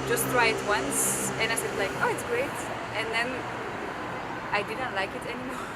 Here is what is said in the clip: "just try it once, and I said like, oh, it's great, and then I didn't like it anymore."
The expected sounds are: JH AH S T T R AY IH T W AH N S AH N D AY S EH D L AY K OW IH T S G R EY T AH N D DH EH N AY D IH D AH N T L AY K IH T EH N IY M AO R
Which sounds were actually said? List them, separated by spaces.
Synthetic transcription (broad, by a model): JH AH S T T R AY IH T W AH N S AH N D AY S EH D L AY K OW IH T S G R EY T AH N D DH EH N AY D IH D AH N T L AY K IH T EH N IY M AO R